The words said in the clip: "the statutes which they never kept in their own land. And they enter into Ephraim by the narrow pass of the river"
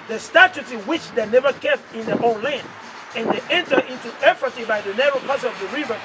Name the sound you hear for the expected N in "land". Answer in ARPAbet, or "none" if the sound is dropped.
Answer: N